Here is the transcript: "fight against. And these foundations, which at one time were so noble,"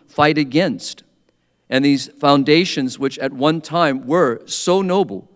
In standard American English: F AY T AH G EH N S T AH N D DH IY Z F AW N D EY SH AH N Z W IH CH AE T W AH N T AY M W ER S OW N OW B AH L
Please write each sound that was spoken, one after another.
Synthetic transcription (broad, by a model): F AY T AH G EH N S T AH N DH IY Z F AW N D EY SH AH N Z W IH CH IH T W AH N T AY M W ER S OW N OW B L